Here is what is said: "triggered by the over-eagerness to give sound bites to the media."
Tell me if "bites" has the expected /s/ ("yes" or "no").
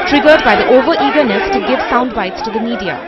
yes